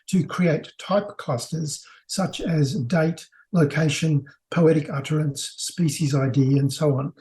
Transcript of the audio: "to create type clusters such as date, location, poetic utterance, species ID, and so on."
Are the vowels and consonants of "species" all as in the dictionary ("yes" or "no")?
yes